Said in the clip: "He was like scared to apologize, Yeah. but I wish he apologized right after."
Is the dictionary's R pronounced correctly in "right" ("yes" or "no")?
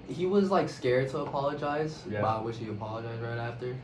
yes